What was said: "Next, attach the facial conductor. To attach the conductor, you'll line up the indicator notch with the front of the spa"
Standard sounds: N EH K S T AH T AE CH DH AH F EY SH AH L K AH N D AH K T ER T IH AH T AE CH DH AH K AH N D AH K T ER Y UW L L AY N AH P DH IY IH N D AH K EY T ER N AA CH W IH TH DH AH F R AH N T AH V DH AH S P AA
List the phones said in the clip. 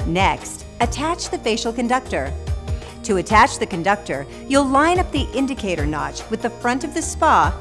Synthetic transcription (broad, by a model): N EH K S T AH T AE CH DH AH F EY SH L K AH N D AH K T ER T IH AH T AE CH DH AH K AH N D AH K T ER Y UW L L AY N AH P DH IY IH N D AH K EY T ER N AA CH W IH DH AH F R AH N T AH V DH AH S P AA